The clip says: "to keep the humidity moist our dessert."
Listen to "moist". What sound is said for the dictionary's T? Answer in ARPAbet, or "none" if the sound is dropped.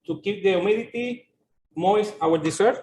none